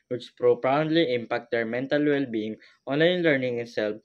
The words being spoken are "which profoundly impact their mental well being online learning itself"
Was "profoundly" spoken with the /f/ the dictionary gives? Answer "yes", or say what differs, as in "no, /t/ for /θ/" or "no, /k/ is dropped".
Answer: no, /p/ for /f/